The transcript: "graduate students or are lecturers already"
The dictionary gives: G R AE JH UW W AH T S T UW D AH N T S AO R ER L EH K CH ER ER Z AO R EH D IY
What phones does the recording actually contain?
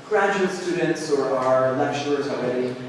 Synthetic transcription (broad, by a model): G R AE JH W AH S T UW D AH N T S AO R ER L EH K SH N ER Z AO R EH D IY